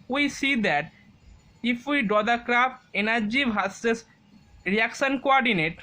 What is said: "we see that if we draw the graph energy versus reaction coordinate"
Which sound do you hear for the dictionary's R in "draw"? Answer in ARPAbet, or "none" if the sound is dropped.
none